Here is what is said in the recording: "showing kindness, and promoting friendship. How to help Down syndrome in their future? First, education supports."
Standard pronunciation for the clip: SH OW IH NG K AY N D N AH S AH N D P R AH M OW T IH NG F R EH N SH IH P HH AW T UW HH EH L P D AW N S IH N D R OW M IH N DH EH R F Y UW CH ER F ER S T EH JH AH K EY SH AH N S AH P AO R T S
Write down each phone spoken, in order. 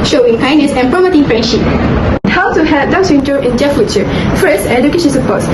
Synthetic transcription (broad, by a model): SH OW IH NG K AY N N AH S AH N P R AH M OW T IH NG F R EH N SH IH P HH AW T UW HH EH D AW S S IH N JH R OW IH N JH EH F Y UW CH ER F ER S EH JH AH K EY SH AH N S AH P AO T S